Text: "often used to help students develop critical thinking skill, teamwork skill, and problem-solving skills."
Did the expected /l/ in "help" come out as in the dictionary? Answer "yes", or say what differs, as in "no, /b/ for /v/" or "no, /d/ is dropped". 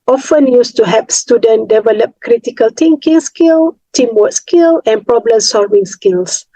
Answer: no, /l/ is dropped